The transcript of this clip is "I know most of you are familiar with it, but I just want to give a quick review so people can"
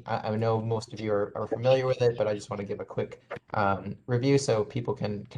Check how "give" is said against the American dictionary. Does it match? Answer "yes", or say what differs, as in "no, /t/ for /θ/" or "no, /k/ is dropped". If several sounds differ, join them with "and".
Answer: yes